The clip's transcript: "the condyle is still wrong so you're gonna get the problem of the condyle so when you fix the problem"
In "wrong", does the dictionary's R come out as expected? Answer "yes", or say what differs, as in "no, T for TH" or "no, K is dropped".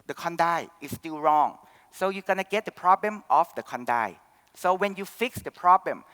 yes